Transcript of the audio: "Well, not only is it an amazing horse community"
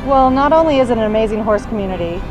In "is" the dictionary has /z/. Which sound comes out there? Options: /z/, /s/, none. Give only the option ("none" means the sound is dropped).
/z/